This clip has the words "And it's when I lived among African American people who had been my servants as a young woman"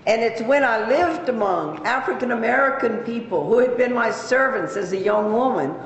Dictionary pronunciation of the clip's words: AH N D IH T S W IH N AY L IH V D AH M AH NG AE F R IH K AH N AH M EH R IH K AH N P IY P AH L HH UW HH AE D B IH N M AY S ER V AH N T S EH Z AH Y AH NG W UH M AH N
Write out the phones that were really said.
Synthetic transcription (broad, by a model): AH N IH T S W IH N AY L IH V D AH M AH NG AE F R IH K AH N AH M EH R IH K AH N P IY P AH L HH UW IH D B IH N M AY S ER V AH N T S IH Z AH Y AH NG W UH M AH N